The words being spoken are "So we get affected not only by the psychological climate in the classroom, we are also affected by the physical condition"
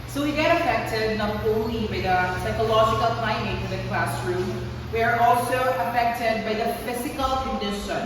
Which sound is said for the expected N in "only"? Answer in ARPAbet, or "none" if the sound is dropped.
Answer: none